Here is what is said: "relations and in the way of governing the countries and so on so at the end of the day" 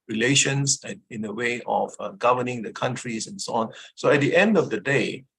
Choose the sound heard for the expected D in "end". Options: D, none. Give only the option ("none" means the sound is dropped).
D